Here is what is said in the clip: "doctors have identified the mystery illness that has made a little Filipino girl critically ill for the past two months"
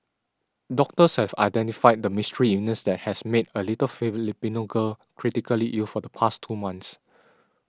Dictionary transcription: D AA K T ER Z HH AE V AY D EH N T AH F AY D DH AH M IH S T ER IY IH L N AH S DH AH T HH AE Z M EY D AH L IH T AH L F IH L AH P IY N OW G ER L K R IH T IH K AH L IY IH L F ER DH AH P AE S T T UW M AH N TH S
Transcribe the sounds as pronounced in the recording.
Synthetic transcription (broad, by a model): D AA K T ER S HH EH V AY D EH N T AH F AY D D AH M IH S T ER IY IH N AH S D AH T HH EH S M EY D AH L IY T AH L F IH L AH P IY N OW G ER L K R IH T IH K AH L IY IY L F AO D AH P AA S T T UW M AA N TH S